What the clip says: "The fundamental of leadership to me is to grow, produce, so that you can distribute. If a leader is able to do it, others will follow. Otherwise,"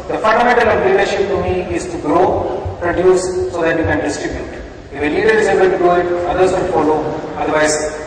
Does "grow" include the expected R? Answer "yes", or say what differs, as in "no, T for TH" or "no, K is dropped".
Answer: yes